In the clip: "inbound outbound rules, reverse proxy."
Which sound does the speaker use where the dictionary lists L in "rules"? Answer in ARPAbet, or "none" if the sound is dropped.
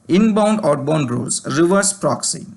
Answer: none